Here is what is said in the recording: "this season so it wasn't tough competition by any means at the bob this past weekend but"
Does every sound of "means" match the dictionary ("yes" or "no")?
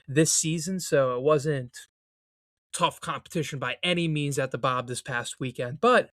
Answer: yes